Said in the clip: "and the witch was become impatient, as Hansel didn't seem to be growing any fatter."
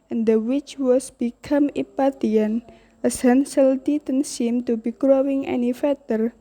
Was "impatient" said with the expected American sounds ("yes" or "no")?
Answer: no